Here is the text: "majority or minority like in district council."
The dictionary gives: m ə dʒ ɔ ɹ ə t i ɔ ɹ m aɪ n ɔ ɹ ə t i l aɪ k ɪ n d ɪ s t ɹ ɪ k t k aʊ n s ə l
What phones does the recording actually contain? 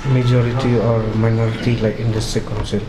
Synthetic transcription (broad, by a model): m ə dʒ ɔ ɹ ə t i ɔ ɹ m aɪ n ɔ ɹ ə t i l aɪ k ɪ n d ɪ s t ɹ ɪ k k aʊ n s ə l